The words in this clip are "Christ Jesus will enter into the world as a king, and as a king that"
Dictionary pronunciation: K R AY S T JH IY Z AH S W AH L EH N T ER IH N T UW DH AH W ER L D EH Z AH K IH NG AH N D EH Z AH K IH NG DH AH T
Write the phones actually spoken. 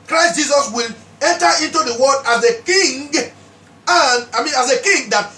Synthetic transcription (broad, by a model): K R AY S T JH IY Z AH S W AH L EH N T ER IH N T UW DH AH W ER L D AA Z AH K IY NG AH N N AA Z AH K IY NG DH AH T